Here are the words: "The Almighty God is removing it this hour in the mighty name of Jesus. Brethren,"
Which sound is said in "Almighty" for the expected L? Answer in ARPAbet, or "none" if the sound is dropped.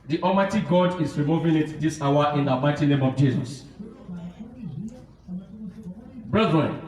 none